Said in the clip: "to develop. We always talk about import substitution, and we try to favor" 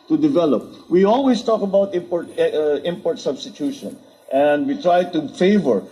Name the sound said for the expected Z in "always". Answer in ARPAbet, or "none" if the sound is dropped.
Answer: S